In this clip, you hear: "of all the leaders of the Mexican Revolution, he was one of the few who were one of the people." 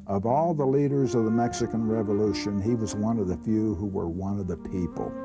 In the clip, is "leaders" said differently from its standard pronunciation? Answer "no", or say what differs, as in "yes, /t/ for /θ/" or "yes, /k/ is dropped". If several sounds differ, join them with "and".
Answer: no